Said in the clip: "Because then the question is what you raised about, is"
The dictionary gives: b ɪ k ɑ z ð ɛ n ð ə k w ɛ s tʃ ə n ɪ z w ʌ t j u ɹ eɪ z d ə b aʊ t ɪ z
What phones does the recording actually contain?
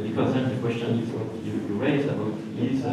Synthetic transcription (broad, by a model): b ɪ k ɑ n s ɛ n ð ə k w ɛ s tʃ ə n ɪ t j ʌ j u ɹ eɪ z ə b aʊ t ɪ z